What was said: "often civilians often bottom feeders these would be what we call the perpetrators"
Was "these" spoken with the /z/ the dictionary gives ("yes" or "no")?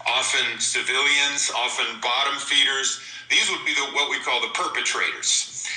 yes